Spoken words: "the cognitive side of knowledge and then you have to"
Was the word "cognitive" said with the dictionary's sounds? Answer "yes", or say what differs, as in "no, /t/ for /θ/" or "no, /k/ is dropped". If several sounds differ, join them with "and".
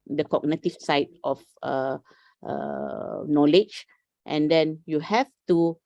no, /f/ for /v/